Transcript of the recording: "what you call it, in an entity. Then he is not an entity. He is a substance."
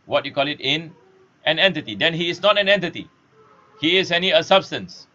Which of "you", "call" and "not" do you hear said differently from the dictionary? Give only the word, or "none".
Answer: none